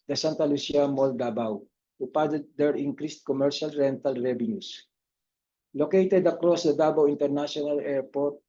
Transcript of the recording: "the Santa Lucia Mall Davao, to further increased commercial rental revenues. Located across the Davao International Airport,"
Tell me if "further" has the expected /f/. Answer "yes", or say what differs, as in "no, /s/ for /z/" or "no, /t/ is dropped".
no, /p/ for /f/